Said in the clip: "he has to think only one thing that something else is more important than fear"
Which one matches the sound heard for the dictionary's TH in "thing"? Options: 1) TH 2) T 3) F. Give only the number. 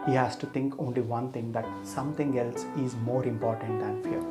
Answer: 2